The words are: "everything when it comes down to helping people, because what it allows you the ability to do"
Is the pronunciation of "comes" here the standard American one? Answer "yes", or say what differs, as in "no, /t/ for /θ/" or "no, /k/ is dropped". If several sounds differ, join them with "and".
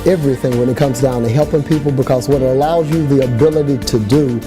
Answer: yes